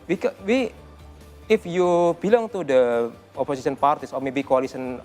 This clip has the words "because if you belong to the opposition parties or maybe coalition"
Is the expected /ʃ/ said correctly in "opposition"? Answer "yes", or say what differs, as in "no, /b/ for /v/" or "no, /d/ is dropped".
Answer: no, /s/ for /ʃ/